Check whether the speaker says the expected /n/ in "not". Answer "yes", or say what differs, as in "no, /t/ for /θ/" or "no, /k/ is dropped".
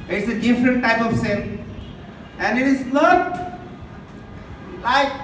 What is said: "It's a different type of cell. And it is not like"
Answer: no, /l/ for /n/